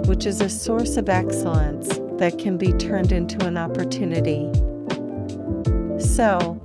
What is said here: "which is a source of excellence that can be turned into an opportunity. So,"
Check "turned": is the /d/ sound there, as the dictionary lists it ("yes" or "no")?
yes